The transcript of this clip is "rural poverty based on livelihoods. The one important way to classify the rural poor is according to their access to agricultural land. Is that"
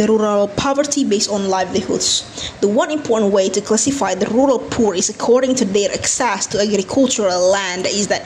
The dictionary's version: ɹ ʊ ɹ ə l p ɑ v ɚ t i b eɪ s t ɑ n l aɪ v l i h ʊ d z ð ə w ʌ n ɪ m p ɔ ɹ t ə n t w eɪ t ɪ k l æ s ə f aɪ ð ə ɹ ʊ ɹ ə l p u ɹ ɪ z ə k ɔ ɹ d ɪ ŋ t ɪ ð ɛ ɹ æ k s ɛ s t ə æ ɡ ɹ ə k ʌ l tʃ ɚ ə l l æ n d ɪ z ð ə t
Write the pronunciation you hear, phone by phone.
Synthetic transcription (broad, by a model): ɹ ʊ ɹ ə l p ɑ v ɚ t i b eɪ s t n l aɪ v l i h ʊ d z ð ə w ʌ n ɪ m p ɔ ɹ t n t w eɪ t ɪ k l æ s ə f aɪ ð ə ɹ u ɹ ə l p u ɹ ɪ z ə k ɔ ɹ d ɪ ŋ t ɪ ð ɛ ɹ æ k s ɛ s t ə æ ɡ ɹ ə k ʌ l tʃ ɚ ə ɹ l æ n d ɪ z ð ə t